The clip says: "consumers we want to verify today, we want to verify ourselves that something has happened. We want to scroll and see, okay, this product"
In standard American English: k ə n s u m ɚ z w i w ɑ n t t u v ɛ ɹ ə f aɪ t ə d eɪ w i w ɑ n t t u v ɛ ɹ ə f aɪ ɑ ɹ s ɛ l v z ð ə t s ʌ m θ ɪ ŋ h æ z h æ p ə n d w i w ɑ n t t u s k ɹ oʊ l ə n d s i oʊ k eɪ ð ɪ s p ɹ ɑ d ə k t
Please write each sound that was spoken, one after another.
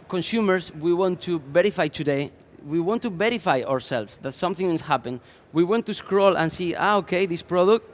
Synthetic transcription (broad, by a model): k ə n s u m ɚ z w i w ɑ n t t u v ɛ ɹ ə f aɪ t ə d eɪ w i w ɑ n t t u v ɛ ɹ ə f aɪ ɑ ɹ s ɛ l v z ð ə t s ʌ m θ ɪ ŋ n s h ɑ p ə n w i w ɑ n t t u s k ɹ oʊ l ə n s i oʊ k eɪ ð ɪ s p ɹ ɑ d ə k t